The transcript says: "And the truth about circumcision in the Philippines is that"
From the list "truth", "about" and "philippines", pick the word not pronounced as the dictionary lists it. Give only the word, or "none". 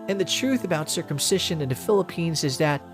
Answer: none